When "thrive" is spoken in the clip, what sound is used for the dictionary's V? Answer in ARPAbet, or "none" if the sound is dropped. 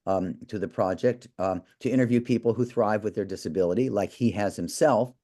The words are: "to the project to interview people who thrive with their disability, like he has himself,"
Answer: V